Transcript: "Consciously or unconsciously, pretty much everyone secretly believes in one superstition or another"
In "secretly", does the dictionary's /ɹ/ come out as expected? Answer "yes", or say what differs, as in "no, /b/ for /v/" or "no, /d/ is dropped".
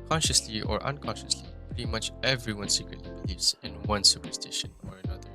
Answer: yes